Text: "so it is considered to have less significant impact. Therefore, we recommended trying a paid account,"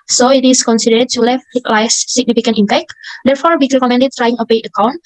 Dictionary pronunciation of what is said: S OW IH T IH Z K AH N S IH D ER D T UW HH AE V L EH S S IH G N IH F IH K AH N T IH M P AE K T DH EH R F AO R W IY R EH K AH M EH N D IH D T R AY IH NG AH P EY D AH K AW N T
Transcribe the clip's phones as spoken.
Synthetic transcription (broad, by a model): S OW IH T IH S K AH N S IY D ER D T UW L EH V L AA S S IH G N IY F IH K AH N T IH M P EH K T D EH R F AO R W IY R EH K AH M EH N D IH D T R AY IH NG AH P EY AH K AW N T